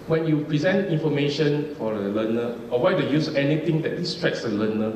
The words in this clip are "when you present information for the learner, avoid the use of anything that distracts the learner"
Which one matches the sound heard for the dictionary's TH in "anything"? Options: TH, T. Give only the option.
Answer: T